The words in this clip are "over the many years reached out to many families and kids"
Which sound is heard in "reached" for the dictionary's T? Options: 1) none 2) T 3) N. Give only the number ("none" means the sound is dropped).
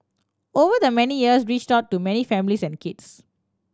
2